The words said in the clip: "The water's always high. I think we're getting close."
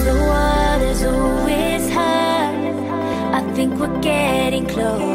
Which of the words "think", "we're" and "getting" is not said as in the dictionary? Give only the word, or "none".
none